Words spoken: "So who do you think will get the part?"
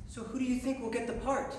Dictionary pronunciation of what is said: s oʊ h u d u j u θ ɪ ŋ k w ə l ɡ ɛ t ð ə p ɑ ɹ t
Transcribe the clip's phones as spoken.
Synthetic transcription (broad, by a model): s oʊ h u d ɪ j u θ ɪ ŋ k w ə l ɡ ɛ t ð ə p ɑ ɹ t